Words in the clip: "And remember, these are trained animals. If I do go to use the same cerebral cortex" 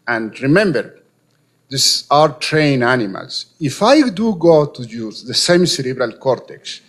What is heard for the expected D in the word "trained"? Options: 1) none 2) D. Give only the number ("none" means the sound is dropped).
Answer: 1